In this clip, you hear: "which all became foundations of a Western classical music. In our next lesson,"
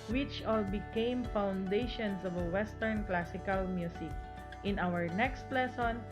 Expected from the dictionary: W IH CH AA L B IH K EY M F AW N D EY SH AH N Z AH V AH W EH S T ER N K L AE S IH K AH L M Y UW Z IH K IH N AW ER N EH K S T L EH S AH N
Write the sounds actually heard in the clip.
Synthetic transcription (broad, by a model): W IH CH AA L B IH K EY M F AW N D EY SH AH N S AH V AH W EH S T ER N K L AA S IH K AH L M Y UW S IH K IH N AW ER N EH K S T L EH S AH N